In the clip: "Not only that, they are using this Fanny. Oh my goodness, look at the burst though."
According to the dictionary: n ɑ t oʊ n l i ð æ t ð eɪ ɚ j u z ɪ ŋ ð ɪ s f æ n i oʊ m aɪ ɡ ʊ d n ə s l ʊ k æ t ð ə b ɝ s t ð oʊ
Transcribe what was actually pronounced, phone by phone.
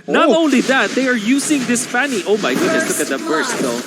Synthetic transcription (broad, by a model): n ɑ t oʊ n l i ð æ t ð eɪ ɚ j u s ɪ ŋ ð ɪ s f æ n i oʊ m aɪ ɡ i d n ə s l ʊ k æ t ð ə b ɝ s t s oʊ